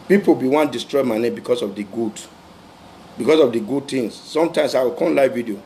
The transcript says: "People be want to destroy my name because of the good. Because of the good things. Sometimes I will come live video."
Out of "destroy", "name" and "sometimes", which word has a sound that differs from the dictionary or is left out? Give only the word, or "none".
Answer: sometimes